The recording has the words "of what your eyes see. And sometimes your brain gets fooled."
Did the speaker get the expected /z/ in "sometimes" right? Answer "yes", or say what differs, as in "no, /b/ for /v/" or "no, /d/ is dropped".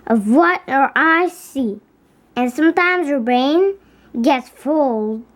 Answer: yes